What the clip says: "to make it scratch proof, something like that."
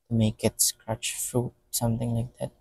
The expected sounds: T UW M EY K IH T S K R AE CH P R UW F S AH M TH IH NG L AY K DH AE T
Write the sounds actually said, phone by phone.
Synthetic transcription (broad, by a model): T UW M EY K IH T S K R AE CH F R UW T S AH M TH IH NG L AY K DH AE T